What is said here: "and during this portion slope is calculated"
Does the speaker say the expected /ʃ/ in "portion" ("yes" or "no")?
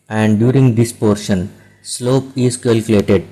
yes